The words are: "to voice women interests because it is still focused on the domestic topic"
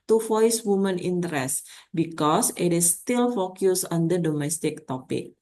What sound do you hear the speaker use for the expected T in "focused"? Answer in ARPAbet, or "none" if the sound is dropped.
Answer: none